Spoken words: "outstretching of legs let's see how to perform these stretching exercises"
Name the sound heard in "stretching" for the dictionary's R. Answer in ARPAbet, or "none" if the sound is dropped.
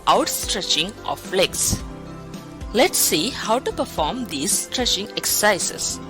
R